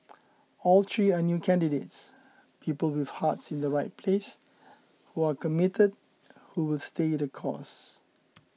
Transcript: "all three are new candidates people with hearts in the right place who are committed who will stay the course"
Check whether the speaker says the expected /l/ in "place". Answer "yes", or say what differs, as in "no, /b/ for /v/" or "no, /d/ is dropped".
yes